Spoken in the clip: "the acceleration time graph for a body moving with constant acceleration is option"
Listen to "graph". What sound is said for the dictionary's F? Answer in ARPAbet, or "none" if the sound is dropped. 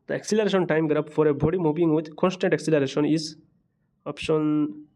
P